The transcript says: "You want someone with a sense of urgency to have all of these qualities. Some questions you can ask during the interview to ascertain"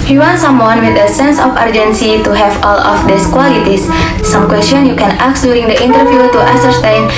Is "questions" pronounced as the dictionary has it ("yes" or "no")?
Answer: no